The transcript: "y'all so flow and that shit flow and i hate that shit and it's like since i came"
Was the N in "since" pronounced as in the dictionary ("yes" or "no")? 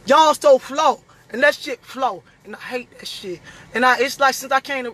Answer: yes